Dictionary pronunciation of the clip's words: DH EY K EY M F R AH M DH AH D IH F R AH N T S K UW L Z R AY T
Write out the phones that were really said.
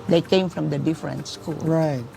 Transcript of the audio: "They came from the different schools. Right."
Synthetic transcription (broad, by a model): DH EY K EY M F R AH M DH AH D IH F R AH N T S K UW L R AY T